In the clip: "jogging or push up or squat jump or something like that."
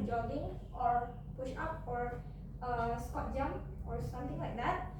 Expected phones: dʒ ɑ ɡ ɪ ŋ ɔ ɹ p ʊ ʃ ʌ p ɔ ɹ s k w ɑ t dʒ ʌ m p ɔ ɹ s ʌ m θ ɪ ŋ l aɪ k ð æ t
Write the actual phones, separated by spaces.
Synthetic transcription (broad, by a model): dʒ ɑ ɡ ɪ ŋ ɔ ɹ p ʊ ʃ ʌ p ɔ ɹ s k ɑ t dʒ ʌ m ɔ ɹ s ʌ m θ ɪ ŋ l aɪ k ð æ t